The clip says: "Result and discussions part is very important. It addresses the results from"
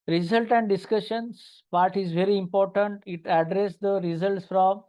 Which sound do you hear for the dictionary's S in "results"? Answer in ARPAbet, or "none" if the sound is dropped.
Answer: S